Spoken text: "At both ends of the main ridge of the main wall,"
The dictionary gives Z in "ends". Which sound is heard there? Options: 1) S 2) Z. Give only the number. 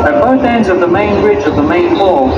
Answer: 2